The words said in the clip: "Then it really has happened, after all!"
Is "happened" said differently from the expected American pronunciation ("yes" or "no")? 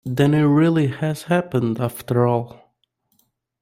no